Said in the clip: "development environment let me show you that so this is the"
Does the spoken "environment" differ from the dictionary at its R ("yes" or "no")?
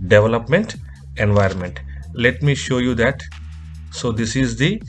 no